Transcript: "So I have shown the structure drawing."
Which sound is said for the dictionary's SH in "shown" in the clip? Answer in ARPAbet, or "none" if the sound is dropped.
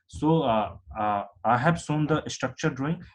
S